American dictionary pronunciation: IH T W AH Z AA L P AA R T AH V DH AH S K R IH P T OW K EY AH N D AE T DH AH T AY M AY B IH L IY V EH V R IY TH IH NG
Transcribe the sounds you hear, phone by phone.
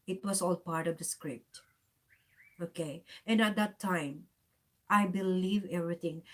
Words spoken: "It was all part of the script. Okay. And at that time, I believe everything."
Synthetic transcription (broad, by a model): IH T W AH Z AA L P AA R T AH V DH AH S K R IH P T OW K EY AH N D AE T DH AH T AY M AY B IH L IY V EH V R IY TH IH NG